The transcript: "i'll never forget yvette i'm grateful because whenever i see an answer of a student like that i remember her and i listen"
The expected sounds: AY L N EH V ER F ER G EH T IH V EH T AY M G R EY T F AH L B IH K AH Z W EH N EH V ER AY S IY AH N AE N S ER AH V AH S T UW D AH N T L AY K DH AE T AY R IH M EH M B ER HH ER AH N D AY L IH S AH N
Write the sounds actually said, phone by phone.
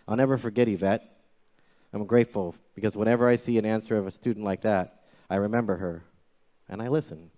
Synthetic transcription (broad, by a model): AY L N EH V ER F ER G EH T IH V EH T AY M G R EY T F L B IH K AH Z W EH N EH V ER AY S IY AH N AE N S ER AH V AH S T UW D N T L AY K DH AE T AY R IH M EH M B ER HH ER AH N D AY L IH S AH N